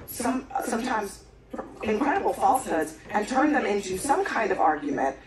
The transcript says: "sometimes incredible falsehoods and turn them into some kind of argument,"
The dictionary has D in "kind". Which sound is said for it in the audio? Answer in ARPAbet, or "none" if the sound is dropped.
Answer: D